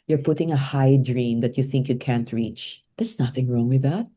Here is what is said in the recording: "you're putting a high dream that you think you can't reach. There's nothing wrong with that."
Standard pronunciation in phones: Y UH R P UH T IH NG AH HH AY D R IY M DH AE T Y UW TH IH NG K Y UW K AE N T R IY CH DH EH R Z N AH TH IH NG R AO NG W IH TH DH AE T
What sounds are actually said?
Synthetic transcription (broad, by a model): Y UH R P UH T IH NG AH HH AY D R IY M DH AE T Y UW TH IH NG K Y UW K AE N T R IY CH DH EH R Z N AH TH IH NG R AO NG W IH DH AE T